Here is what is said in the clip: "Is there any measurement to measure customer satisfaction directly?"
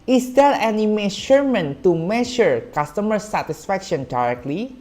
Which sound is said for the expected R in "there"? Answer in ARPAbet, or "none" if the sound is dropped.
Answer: L